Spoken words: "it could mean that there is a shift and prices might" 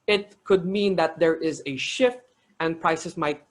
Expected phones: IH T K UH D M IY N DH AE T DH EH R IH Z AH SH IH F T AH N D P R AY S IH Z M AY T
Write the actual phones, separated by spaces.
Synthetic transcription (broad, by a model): IH T K UH D M IY N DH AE T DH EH R IH Z AH SH IH F T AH N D P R AY S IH S M AY T